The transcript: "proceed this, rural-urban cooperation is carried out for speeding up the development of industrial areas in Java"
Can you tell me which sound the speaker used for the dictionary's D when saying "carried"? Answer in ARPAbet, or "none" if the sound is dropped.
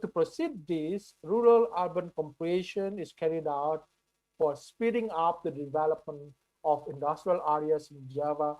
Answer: D